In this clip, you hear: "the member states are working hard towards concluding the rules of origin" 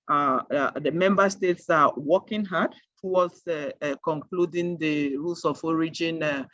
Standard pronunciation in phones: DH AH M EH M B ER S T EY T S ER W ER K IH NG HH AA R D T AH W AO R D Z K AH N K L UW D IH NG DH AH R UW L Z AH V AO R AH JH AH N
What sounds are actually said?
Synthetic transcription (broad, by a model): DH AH M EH M B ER S T EY T S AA W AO K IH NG HH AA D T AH W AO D S K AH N K L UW D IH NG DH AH R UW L S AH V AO R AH JH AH N